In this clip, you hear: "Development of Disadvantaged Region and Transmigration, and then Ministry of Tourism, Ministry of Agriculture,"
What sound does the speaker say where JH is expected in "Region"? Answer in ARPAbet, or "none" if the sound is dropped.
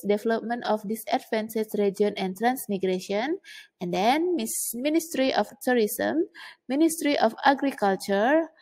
none